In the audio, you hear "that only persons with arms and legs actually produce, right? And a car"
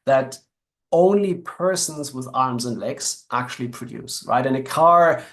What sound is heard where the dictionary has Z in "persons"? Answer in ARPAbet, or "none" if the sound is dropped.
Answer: Z